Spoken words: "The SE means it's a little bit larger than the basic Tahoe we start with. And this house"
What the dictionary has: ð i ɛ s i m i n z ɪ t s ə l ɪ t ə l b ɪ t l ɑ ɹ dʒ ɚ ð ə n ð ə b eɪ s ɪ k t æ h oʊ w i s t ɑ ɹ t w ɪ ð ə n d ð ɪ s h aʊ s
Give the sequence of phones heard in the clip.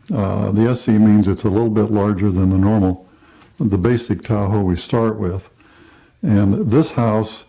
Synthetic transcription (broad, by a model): ð i ɛ s i m i n z ɪ t s ə l ɪ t l b ɪ t l ɑ ɹ dʒ ɚ ð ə n ð ə b eɪ s ɪ k t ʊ h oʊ w i s t ɑ ɹ t w ɪ ð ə n ð ɪ s h aʊ s